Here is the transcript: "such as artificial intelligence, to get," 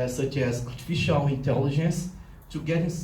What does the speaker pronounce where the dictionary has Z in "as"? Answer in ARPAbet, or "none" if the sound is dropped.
S